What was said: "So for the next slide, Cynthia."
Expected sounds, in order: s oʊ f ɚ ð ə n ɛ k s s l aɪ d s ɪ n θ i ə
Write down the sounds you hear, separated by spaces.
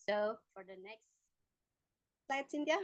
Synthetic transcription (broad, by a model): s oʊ f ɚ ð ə n ɛ k s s aɪ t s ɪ n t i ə